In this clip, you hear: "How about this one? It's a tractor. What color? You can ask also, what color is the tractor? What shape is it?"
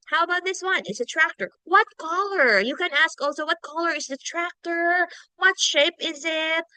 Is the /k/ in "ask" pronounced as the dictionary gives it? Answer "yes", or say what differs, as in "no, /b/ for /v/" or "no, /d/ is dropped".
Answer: yes